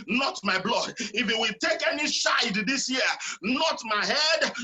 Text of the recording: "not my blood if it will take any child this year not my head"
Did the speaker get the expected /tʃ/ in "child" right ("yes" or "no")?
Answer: no